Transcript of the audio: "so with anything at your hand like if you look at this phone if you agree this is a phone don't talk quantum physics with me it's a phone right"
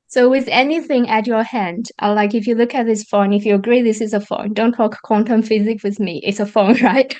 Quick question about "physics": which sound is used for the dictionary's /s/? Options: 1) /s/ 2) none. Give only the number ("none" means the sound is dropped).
2